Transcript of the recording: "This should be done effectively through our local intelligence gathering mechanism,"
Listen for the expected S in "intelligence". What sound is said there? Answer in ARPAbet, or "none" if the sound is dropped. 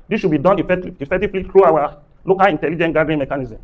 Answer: none